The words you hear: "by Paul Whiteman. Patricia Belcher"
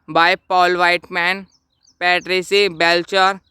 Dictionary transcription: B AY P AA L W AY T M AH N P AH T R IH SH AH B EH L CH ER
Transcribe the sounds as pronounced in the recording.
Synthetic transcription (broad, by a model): B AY P AA L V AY T M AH N P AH T R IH S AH B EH L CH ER